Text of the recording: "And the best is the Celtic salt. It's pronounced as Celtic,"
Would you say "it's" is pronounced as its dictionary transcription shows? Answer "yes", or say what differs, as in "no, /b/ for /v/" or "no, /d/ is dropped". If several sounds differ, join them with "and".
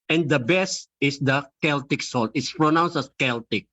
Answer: yes